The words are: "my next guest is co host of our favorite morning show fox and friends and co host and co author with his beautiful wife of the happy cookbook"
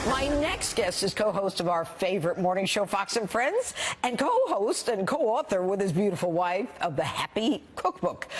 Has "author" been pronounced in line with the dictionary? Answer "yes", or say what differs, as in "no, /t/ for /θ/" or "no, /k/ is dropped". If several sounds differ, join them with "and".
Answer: yes